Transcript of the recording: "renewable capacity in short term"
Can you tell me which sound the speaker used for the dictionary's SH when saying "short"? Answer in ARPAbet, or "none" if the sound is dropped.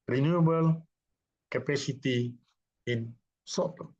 S